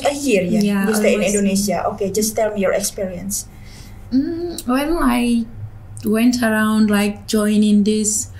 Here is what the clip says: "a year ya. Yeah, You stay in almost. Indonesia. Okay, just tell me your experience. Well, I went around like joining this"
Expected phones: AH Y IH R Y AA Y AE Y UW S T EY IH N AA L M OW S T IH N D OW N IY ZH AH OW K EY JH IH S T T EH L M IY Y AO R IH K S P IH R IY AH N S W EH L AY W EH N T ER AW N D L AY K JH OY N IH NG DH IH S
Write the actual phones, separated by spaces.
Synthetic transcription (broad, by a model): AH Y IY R Y AA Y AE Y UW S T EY IH N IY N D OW N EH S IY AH OW K EY JH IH S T T EH L M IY Y AO R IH K S P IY R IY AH N S W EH N AY W EH N T ER AW N D L AY K JH OY N IH NG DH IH S